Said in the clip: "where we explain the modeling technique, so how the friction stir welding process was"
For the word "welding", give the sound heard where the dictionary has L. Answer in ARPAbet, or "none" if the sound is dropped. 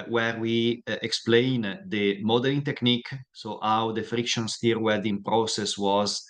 none